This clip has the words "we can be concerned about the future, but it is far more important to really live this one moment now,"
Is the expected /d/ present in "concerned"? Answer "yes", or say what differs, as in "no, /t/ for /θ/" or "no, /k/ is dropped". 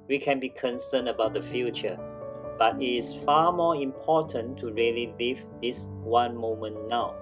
no, /d/ is dropped